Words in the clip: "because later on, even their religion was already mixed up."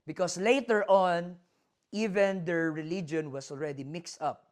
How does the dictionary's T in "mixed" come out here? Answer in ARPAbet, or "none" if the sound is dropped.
T